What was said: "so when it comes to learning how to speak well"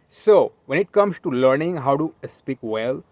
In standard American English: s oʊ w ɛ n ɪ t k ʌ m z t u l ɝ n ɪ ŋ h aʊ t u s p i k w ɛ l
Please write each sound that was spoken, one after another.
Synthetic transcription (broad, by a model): s oʊ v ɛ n ɪ t k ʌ m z t u l ɝ n ɪ ŋ h aʊ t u s p i k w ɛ l